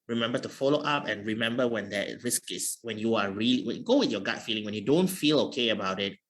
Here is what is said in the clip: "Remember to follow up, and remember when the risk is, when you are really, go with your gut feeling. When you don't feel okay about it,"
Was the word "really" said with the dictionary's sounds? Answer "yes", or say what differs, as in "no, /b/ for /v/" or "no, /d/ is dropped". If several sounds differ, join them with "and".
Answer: no, /l/ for /ɹ/ and /w/ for /l/